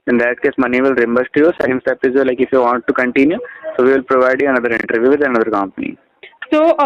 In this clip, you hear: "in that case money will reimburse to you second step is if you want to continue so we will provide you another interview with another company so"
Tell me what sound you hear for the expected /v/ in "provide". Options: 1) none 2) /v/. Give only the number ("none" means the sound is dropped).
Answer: 2